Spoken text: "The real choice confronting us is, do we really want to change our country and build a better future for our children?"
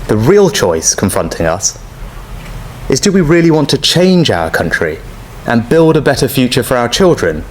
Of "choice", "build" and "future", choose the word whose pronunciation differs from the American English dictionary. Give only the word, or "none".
none